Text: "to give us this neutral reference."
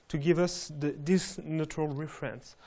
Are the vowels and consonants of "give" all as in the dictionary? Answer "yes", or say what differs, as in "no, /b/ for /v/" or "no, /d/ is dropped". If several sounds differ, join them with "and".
yes